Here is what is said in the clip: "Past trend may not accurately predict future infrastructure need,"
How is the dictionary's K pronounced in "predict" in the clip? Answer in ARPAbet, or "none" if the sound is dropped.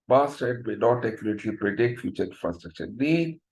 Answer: K